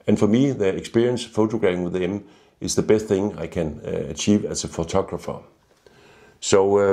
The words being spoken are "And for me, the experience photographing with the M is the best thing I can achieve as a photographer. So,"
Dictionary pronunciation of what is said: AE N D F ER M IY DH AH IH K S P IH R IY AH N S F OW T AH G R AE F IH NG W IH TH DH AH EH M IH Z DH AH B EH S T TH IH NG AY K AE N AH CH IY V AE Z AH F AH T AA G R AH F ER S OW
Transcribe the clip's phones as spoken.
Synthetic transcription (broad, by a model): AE N F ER M IY DH AH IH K S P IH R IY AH N S F OW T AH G R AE IH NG W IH DH AH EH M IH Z DH AH B EH S T TH IH NG AY K AE N AH CH IY V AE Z AH F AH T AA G R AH F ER S OW